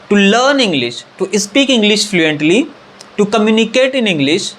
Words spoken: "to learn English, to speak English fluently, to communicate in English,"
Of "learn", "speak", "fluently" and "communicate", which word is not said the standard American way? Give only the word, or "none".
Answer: none